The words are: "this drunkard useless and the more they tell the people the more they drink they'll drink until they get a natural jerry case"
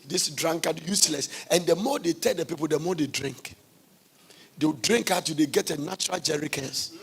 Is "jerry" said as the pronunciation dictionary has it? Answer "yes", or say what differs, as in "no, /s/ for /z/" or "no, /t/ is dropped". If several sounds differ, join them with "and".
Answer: yes